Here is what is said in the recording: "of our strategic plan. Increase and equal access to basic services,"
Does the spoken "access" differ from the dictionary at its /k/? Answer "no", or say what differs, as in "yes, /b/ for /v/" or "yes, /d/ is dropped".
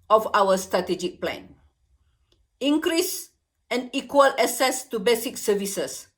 yes, /k/ is dropped